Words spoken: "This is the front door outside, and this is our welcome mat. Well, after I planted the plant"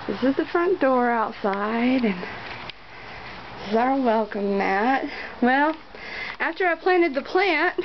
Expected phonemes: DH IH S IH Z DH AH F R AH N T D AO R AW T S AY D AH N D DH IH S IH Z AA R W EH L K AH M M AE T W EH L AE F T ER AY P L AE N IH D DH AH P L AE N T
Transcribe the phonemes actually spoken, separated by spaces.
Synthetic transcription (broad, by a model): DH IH S IH Z DH AH F R AH N D AO R AW T S AY D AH N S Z AA R W EH L K AH M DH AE T W EH L AE F T ER AY P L AE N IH D DH AH P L AE N T